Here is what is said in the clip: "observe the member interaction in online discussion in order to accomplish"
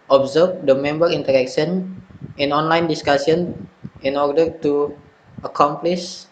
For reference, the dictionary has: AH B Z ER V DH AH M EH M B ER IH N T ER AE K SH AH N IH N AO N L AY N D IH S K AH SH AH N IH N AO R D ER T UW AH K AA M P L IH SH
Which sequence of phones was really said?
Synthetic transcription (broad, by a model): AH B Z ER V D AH M EH M B ER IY N T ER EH K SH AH N IH N AO N L AY N D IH S K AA S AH N IH N AO R D ER T UW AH K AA M P L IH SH